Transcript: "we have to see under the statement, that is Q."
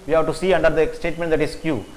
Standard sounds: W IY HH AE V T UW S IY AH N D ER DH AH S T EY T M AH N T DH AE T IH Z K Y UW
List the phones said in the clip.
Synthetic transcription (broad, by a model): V IY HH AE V T UW S IY AH N D ER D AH S T EY T M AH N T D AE T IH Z K Y UW